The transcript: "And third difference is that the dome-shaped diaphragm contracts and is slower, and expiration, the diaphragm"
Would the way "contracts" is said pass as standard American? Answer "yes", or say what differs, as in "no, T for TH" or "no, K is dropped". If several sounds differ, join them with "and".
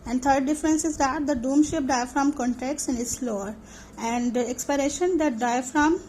no, R is dropped